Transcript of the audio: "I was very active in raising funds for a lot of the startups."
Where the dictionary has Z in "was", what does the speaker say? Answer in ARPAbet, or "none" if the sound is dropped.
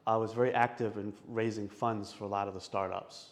Z